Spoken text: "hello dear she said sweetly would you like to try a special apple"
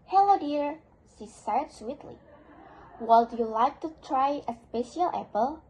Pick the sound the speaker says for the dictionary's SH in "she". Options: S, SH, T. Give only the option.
S